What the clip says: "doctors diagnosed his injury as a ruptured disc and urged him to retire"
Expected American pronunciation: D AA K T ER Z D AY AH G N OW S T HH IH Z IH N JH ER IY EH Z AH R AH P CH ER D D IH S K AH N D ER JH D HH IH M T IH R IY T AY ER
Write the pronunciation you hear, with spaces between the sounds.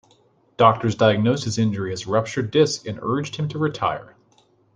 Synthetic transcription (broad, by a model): D AA K T ER Z D AY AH G N OW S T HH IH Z IH N JH ER IY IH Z R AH P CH ER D D IH S K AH N ER JH D HH IH M T IH R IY T AY ER